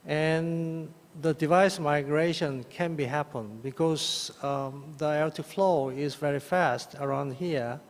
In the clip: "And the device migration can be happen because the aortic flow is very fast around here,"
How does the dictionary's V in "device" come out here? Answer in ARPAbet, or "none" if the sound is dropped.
V